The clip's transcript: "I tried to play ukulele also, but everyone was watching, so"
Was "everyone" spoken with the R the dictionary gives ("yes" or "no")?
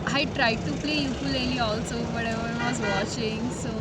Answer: no